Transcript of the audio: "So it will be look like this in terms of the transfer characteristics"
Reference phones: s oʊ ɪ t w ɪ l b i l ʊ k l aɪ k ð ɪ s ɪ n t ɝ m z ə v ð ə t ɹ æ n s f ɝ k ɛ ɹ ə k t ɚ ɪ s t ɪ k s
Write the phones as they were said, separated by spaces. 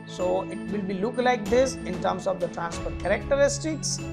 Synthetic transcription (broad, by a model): s oʊ ɪ t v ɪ l b i l ʊ k l aɪ k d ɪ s ɪ n t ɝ m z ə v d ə t ɹ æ n s p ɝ k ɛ ɹ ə k t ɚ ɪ s t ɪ k s